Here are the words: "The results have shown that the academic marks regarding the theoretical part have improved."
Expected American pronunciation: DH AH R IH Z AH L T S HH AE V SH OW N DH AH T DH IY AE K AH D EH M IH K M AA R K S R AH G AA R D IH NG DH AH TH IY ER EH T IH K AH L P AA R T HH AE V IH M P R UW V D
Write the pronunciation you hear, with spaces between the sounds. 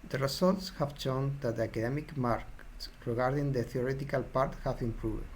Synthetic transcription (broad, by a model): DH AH R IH S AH L T S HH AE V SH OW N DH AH T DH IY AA K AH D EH M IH K M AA R K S R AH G AA R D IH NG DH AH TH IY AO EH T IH K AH L P AA R T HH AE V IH M P R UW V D